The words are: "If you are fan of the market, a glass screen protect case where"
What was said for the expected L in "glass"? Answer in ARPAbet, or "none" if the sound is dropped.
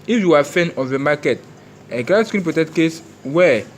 none